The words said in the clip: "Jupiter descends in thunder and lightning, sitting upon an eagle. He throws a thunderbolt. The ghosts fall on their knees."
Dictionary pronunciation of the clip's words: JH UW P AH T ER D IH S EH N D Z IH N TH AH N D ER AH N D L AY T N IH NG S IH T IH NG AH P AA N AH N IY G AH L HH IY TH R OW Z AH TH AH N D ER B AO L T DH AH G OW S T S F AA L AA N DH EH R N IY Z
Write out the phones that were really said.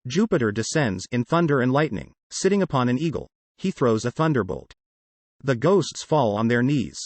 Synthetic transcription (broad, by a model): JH UW P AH T ER D IH S EH N D Z IH N TH AH N D ER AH N L AY T N IH NG S IH T IH NG AH P AA N AH N IY G L HH IY TH R OW Z AH TH AH N D ER B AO L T DH AH G OW S T S F AA L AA N DH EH R N IY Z